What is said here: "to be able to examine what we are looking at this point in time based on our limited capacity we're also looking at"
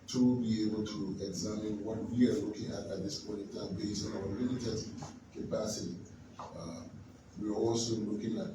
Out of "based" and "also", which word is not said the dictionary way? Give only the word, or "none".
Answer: based